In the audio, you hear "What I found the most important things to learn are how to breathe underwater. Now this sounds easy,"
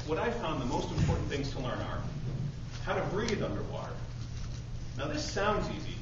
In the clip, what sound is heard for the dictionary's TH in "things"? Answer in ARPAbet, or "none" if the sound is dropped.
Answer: TH